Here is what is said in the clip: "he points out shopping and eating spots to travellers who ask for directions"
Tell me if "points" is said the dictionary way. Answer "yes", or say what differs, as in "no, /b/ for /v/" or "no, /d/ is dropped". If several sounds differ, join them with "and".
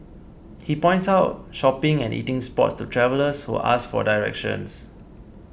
yes